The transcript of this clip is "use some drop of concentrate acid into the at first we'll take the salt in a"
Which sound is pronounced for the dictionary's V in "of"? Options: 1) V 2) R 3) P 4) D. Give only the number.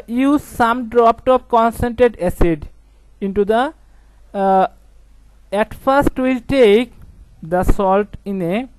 3